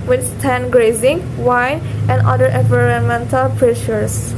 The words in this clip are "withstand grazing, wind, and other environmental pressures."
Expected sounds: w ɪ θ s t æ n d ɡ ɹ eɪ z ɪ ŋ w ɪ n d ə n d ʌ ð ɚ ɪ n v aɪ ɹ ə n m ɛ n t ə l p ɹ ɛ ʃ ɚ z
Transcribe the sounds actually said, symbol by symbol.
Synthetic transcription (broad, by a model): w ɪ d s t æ n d ɡ ɹ eɪ z ɪ ŋ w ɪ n ə n d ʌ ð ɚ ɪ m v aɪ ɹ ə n m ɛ n t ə l p ɹ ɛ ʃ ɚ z